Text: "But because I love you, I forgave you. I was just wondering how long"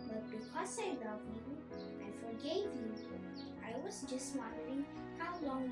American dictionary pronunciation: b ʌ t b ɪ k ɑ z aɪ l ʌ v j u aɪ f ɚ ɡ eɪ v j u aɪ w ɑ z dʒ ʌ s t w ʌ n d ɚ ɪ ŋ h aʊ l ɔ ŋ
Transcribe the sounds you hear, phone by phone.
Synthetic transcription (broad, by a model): b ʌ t b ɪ k ɑ s aɪ l ʌ v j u aɪ f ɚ ɡ eɪ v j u aɪ w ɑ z dʒ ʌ s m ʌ d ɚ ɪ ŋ h aʊ l ɔ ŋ